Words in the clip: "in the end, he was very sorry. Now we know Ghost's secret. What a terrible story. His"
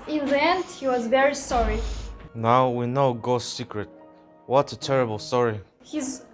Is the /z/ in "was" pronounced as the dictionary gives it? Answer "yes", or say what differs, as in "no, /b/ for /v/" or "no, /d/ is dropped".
yes